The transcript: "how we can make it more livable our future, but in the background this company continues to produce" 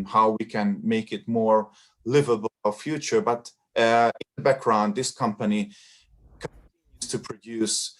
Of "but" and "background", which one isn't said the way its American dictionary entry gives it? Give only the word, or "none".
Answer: none